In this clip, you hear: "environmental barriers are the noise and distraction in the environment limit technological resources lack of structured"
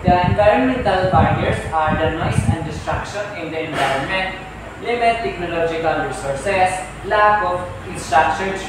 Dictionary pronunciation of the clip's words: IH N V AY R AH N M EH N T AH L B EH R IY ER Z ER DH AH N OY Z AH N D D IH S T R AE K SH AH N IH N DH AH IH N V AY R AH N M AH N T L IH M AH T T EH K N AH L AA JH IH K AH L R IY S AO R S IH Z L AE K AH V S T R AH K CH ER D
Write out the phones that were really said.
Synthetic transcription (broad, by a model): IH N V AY R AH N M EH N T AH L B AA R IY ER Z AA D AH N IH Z AH N D D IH S T R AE K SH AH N IH N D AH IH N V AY R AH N M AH N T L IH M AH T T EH K N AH L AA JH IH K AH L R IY S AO R S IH S L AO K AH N S T R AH K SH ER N